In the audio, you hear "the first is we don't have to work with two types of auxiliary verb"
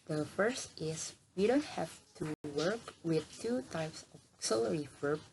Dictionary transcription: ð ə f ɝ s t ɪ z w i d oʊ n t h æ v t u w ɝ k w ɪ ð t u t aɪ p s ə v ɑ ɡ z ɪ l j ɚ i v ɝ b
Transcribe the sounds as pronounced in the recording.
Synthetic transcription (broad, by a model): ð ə f ɝ s t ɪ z w i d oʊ n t h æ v t u w ɝ k w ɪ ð t u t aɪ p s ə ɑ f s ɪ l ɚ i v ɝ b